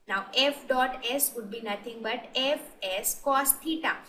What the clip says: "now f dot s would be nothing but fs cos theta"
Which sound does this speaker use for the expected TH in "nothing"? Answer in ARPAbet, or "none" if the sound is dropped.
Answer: T